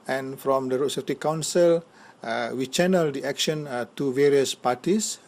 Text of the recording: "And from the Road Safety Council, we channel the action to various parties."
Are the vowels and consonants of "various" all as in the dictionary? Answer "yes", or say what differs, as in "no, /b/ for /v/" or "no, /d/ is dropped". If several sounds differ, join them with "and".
yes